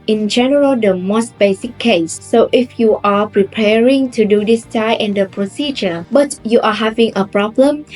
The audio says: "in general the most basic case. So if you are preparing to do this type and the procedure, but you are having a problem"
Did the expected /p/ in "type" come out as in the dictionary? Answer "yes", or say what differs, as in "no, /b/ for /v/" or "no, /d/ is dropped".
no, /p/ is dropped